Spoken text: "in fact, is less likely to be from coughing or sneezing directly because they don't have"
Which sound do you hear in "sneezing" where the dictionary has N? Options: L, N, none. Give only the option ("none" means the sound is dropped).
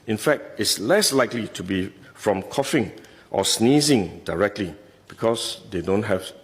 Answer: N